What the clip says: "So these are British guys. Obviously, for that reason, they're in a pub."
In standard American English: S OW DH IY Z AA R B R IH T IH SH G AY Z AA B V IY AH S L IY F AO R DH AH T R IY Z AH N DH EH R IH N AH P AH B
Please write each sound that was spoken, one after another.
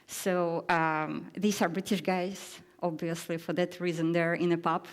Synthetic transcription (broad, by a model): S OW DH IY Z AA R B R IH T IH SH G AY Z AA B V IY AH S L IY F AO R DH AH T R IY Z AH N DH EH R IH N AH P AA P